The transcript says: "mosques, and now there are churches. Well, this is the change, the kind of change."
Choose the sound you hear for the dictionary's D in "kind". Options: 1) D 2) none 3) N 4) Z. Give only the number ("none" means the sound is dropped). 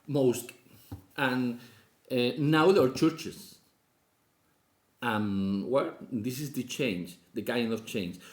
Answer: 2